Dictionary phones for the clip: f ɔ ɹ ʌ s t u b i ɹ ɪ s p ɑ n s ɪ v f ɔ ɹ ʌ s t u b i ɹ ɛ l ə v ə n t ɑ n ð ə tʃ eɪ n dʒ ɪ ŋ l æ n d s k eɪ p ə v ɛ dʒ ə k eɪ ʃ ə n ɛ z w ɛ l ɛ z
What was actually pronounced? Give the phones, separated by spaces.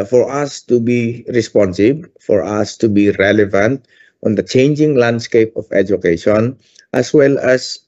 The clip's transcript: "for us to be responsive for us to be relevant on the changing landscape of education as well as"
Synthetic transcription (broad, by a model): f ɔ ɹ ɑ s t u b i ɹ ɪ s p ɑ n s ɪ b f ɔ ɹ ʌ s t u b i ɹ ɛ l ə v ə n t ɑ n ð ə tʃ eɪ n dʒ ɪ ŋ l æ n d s k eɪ p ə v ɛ dʒ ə k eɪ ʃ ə n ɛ s w ɛ l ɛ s